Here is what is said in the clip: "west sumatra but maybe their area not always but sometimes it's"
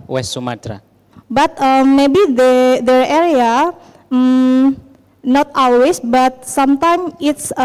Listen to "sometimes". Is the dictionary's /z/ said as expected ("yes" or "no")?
no